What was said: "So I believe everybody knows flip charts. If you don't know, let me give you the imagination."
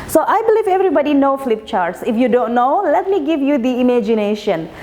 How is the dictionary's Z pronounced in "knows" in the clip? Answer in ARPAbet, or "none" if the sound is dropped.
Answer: none